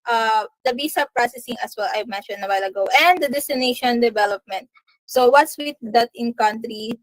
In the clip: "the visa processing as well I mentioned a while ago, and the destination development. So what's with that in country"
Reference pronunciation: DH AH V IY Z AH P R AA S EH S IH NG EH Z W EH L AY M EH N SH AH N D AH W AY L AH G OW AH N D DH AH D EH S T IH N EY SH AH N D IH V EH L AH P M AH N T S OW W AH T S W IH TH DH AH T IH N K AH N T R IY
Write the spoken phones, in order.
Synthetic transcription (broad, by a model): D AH B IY S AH P R AA S EH S IH NG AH S W EH L AY M EH N SH AH N D AH W AY L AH G OW AH N D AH D EH S T IH N EY SH AH N D IH V EH L AH P M AH N T S OW W AH T S W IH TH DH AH T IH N K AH N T R IY